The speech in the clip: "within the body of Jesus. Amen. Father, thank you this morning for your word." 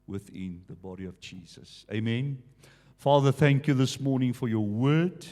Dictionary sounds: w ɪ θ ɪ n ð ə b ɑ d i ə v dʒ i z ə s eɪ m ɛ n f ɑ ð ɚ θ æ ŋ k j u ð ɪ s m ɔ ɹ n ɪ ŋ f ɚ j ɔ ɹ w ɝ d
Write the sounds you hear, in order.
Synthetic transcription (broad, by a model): w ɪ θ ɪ n ð ə b ɑ d i ə v dʒ i z ə s eɪ m ɛ n f ɑ ð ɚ θ æ ŋ k j u ð ɪ s m ɔ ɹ n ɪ ŋ f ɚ j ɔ w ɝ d